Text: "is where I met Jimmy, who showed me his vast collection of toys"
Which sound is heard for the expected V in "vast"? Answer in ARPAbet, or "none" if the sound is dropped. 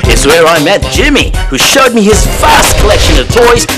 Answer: F